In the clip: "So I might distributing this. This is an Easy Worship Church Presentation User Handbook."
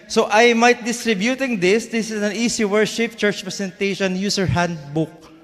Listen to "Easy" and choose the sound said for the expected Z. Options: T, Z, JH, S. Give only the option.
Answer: S